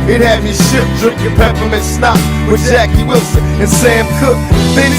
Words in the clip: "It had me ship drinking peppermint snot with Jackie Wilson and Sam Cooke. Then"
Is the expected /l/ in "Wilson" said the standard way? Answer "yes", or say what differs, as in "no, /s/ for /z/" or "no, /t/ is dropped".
yes